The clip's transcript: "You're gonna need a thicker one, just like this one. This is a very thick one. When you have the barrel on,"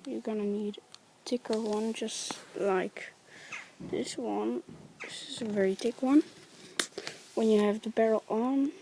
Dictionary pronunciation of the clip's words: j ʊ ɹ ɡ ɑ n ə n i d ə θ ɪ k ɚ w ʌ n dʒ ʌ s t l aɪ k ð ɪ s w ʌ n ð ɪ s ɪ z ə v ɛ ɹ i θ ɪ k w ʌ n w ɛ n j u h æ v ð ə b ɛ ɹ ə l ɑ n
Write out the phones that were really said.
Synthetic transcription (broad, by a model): j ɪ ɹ ɡ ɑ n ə n i d ə t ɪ k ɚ w ʌ n dʒ ʌ s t l aɪ k ð ɪ s w ʌ n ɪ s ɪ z ə v ɛ ɹ i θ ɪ k w ʌ n w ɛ n j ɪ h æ v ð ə b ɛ ɹ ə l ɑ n